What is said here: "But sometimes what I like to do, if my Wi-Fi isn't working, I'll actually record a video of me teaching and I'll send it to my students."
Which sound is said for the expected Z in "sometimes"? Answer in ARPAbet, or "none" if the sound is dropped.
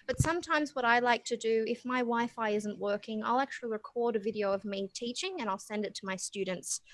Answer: Z